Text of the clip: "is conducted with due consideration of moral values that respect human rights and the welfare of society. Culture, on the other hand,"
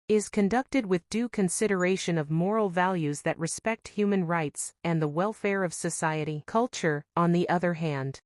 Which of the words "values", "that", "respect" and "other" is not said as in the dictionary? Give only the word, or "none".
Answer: none